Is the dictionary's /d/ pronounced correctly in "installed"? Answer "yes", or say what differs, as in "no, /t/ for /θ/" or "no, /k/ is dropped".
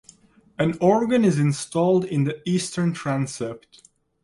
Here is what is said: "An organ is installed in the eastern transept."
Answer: yes